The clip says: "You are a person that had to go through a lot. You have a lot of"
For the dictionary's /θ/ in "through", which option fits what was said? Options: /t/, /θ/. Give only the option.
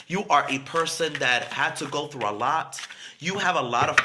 /θ/